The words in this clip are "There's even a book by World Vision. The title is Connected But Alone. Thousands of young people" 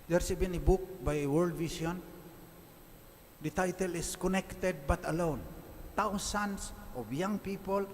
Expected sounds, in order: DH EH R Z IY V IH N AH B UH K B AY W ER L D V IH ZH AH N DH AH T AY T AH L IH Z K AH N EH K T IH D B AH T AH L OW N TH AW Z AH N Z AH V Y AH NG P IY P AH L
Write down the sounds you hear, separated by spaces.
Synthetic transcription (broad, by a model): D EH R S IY B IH N AH B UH K B AY W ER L D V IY S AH N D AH T AY T AH L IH S K AH N EH K T IH D B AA T AH L OW N T AW S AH N S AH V Y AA NG P IY P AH L